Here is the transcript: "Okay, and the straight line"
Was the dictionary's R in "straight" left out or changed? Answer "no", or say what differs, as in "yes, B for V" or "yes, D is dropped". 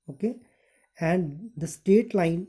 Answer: yes, R is dropped